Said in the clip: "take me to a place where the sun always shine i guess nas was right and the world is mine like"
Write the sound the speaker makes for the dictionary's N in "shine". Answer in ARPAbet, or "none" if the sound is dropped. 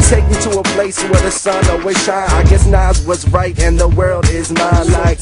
none